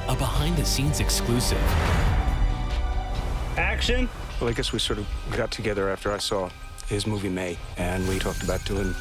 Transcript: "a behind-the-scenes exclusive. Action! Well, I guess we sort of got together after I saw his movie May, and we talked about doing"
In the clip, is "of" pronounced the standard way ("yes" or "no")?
yes